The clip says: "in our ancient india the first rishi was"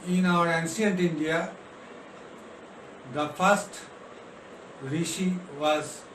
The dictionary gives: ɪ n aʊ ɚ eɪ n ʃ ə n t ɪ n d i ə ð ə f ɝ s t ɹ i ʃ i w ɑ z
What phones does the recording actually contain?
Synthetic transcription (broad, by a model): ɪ n aʊ ɚ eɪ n s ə n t ɪ n d i ə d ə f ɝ s t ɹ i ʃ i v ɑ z